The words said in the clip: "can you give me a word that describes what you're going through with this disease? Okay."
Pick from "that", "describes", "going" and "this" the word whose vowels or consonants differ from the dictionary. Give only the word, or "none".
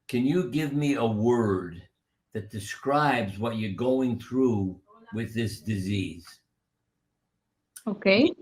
none